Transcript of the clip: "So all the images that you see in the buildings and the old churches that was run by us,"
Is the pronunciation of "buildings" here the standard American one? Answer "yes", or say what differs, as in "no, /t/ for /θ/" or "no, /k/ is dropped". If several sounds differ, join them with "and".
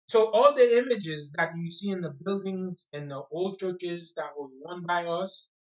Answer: yes